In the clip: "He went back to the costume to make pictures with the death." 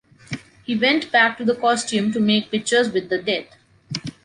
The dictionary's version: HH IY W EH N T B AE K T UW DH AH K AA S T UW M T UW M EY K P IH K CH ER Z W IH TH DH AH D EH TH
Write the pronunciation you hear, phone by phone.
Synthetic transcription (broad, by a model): HH IY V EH N T B AE K T UW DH AH K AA S T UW M T UW M EY K P IH K CH ER Z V IH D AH D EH T